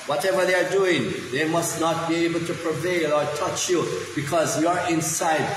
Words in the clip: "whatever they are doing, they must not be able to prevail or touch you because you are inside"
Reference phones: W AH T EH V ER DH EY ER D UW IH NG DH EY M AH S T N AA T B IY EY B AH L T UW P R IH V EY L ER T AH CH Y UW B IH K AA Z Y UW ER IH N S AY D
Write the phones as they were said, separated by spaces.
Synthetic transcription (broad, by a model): W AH T EH V ER DH EY ER D UW IH NG DH EY M AH S T N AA T B IY EY B AH L T UW P R IH V EY L ER T AH CH Y UW B IH K AA Z Y UW ER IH N S AY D